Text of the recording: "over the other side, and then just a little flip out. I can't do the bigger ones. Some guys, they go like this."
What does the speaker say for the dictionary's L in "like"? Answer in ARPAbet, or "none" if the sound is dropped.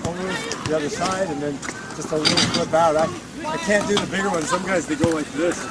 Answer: W